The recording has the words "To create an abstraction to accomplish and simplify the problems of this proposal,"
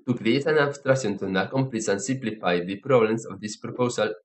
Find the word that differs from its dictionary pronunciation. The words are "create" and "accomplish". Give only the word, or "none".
accomplish